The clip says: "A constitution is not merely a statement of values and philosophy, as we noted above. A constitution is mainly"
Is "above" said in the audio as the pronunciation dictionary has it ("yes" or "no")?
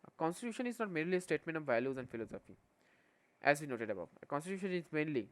no